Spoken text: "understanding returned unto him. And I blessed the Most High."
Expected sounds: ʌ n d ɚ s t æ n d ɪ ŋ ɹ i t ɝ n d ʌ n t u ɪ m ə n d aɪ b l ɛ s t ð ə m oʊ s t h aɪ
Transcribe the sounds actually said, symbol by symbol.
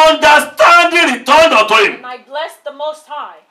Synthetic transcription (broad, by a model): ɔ n d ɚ s t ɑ n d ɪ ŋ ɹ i t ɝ n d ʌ t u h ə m aɪ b l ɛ s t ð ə m oʊ s t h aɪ